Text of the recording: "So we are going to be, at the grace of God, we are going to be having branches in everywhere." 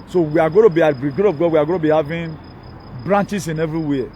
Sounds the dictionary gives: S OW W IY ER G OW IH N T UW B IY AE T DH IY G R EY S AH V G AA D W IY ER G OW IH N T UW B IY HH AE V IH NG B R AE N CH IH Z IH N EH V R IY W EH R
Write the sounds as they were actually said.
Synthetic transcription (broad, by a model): S OW W IY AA G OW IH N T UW B IY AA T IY G UW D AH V G AA D W IY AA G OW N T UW B IY HH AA V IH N B R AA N CH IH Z IH N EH V R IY W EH